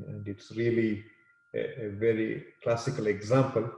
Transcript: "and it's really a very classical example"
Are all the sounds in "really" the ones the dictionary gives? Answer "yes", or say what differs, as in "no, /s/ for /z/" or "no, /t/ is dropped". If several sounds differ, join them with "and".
yes